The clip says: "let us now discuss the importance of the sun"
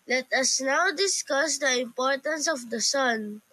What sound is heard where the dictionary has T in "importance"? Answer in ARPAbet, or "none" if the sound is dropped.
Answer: T